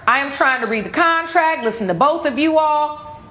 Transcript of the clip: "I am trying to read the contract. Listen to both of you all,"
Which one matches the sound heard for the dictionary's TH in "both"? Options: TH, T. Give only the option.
TH